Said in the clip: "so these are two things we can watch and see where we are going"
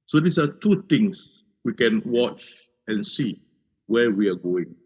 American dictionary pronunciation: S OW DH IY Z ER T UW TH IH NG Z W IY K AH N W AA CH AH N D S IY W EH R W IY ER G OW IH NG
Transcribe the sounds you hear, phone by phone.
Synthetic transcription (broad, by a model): S OW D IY S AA T UW T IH NG S W IY K AH N W AA CH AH N S IY W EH W IY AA G OW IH NG